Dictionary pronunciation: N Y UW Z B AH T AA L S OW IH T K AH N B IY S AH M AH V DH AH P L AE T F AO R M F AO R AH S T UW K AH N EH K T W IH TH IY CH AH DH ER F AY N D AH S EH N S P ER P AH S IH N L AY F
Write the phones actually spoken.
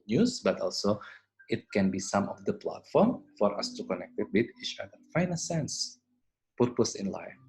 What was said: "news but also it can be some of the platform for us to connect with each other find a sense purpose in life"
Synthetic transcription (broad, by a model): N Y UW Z B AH T AA L S OW IH T K AH N B IY S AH M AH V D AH P L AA T F AO R M F AO R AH S T UW K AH N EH K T W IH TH IY CH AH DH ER F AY N AH S EH N S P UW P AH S IH N L AY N